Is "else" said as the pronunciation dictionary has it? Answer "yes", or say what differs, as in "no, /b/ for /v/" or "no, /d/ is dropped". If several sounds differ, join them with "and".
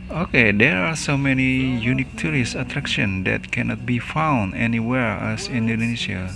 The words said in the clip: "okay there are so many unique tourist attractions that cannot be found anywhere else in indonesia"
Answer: no, /l/ is dropped